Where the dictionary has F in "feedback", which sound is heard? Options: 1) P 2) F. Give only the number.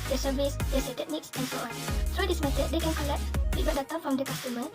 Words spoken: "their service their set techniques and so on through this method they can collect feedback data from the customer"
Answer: 1